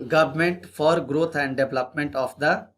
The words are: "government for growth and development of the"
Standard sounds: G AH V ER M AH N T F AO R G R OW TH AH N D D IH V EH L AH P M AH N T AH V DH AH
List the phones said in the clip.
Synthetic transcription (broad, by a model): G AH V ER M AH N T F AO R G R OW T AH N D D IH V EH L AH P M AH N T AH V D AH